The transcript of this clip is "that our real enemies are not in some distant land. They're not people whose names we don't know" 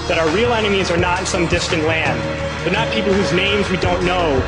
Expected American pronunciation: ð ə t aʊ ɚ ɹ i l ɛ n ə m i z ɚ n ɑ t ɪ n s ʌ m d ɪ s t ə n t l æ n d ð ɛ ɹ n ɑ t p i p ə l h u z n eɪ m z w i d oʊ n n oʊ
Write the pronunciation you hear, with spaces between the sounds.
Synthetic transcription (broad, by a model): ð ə t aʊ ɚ ɹ i l ɛ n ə m i z ɚ n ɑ t ɪ n s ʌ m d ɪ s t ə n t l æ n d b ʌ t n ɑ t p i p l h u z n eɪ m z w i d oʊ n n oʊ